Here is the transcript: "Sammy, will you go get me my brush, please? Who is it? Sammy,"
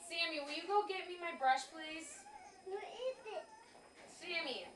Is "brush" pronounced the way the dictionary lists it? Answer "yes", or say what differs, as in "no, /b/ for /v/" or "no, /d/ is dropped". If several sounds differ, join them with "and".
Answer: yes